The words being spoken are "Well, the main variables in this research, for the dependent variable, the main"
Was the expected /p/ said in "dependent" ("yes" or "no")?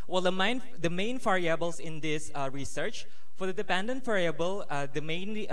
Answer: yes